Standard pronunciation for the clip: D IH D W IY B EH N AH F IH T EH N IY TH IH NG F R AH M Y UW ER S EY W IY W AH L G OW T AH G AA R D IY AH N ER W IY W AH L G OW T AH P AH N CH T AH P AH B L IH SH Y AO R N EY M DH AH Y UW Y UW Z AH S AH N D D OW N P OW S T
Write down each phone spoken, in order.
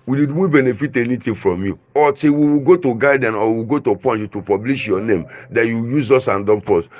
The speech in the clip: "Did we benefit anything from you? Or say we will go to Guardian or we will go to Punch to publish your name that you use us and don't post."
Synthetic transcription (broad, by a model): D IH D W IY B EH N AH F IH T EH N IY T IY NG F R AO M Y UW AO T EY W IY W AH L G OW T AH G AA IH D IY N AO W IY W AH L G OW T AH P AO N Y T AH P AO B L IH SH Y AO N EY M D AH Y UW Y UW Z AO S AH N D D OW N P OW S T